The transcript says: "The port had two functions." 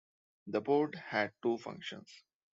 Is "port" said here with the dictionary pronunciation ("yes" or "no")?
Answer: no